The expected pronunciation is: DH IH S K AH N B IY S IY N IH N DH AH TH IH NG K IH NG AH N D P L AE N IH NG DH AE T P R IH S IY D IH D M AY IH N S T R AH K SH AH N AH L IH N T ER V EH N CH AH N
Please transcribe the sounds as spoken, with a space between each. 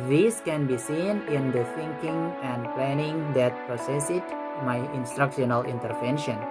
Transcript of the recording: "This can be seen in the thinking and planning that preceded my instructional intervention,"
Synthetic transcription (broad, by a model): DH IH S K AH N B IY S IY N IH N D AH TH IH NG K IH NG AH N D P L AE N IH NG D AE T P R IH S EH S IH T M AY IH N S T R AH K SH AH N AH L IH N T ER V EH N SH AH N